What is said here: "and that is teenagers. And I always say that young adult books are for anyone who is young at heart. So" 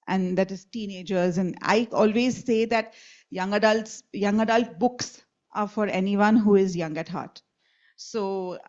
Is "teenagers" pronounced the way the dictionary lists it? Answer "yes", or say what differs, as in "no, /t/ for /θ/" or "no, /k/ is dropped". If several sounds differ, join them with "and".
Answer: yes